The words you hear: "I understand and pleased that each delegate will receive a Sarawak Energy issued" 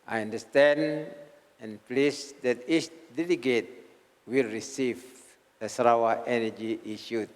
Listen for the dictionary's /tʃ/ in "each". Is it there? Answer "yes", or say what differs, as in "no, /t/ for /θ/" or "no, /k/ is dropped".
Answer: no, /s/ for /tʃ/